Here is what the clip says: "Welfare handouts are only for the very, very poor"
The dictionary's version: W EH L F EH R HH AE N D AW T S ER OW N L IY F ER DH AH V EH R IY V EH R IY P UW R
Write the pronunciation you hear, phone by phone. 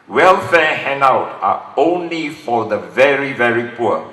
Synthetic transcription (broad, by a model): W EH L F EH HH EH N AW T AA OW N L IY F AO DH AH V EH R IY V EH R IY P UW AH